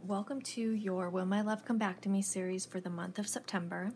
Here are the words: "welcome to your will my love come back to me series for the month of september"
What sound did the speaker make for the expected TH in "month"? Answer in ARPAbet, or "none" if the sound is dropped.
TH